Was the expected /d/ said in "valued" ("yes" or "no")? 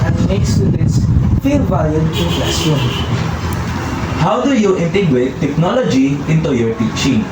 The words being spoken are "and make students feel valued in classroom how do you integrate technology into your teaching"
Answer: no